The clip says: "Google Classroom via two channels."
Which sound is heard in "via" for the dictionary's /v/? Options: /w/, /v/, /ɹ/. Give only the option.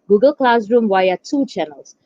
/w/